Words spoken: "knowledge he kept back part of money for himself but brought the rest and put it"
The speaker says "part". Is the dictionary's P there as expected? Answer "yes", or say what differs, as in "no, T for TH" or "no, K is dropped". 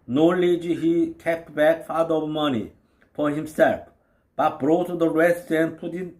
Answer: no, F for P